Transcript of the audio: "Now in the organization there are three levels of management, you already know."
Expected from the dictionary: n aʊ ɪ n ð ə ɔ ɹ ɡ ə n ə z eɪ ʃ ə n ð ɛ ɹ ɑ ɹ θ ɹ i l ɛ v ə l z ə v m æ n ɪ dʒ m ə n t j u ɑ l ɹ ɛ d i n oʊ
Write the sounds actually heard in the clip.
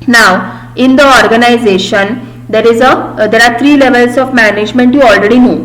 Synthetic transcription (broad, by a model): n aʊ ɪ n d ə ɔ ɹ ɡ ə n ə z eɪ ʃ ə n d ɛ ɹ ɑ ɹ t ɹ i l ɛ v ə l s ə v m æ n ɪ dʒ m ə n t j u ɑ l ɹ ɛ d i n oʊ